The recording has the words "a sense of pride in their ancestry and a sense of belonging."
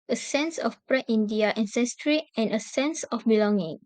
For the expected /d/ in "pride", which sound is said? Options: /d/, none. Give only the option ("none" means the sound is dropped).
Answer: none